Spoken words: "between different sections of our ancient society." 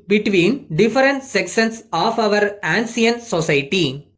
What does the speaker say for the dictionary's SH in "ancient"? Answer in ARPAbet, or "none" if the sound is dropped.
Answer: S